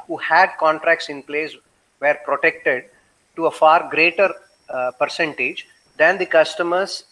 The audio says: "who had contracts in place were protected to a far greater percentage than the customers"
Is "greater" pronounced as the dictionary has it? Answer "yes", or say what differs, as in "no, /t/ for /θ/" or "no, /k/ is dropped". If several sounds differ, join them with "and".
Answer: yes